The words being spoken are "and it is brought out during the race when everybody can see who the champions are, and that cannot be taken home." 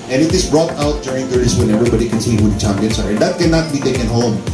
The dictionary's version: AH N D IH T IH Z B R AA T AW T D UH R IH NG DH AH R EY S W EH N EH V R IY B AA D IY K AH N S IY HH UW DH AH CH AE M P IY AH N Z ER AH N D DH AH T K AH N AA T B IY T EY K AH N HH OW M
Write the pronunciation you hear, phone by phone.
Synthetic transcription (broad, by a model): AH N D IH T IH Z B R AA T AW T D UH R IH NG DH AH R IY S W EH N EH V R IY B AA D IY K AH N S IY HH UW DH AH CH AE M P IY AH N S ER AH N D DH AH T K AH N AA T B IY T EY K AH N HH OW M